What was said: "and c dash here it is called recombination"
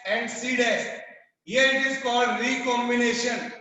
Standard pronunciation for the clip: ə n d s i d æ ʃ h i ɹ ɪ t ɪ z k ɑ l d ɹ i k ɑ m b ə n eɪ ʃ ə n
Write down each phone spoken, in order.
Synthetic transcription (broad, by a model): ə n d s i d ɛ s h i ɹ ɪ t ɪ z k ɑ l d ɹ i k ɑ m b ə n eɪ ʃ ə n